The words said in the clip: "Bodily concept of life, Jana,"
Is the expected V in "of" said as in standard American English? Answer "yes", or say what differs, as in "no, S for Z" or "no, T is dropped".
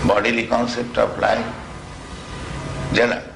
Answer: no, P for V